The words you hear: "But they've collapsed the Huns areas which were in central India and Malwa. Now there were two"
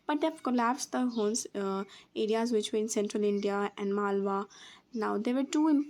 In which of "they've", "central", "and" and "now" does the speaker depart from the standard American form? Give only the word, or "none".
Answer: they've